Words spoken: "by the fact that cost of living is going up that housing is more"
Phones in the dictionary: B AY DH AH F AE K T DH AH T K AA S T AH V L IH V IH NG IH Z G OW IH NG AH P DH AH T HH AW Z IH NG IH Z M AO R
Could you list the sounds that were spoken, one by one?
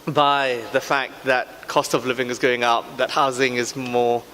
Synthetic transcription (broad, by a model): B AY DH AH F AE K DH AH T K AA S T AH V L IH V IH NG IH Z G OW IH NG AH P DH AH T HH AW Z IH NG IH Z M AO